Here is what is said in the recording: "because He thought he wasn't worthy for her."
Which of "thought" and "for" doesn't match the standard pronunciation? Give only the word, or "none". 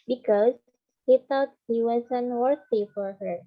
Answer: thought